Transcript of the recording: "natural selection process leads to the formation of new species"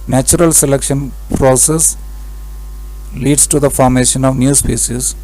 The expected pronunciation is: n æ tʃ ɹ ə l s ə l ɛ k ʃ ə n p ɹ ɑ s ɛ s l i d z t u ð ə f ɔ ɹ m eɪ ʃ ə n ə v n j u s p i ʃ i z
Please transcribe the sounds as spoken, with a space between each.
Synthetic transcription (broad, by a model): n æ tʃ ɹ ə l s ə l ɛ k ʃ ə n p ɹ ɑ s ɛ s l i d s t u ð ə f ɔ ɹ m eɪ ʃ ə n ə v n j u s p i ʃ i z